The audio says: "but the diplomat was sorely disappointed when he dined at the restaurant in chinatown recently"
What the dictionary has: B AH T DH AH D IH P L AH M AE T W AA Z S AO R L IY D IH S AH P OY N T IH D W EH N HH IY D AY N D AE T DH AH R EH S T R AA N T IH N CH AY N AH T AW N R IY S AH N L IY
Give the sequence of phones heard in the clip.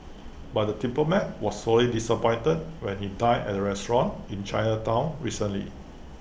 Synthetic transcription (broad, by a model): B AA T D AH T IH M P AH M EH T W AA S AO L IY D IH S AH P OY N T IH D W EH N HH IY D AY D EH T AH R EH S T R AA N IH N CH AY N AH T AW N R IY S AH N L IY